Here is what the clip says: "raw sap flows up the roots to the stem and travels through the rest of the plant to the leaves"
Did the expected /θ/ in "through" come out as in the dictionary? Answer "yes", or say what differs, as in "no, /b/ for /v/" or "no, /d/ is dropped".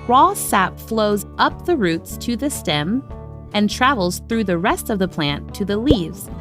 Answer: yes